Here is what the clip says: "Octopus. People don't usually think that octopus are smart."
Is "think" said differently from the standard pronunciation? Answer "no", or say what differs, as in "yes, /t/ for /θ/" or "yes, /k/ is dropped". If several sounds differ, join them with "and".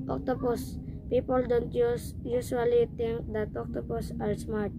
yes, /t/ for /θ/